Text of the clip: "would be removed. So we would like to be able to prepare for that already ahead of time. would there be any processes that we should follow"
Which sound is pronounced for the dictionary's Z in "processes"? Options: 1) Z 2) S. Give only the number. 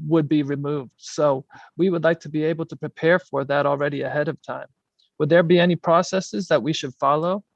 1